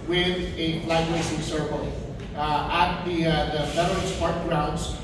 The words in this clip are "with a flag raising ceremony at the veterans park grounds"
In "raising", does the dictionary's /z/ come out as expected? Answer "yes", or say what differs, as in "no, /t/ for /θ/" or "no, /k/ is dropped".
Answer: no, /s/ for /z/